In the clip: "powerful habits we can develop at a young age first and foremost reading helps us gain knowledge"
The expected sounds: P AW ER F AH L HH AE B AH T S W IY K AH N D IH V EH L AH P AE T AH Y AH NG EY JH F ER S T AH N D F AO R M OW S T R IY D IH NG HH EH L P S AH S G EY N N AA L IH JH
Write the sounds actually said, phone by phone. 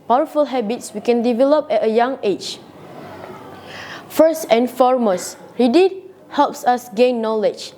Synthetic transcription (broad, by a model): P AW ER F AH L HH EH B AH T S W IY K AH N D IH V EH L AH P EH T AH Y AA NG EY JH F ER S T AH N F AO R M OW S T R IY D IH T HH EH L P S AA S G EY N N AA L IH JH